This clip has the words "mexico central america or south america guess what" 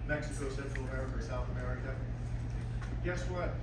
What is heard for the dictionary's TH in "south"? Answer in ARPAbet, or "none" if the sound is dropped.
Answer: TH